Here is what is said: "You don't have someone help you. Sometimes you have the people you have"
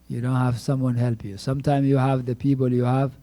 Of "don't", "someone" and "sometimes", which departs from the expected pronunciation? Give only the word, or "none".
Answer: sometimes